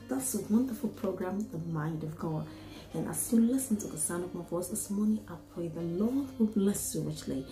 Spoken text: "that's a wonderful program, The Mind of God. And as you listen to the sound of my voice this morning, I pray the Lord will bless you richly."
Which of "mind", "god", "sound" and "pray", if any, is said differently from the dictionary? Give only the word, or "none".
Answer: sound